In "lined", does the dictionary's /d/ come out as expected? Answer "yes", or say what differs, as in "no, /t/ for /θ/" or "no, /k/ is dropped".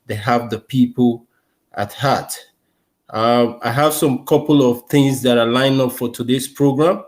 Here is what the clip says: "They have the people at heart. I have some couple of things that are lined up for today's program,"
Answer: no, /d/ is dropped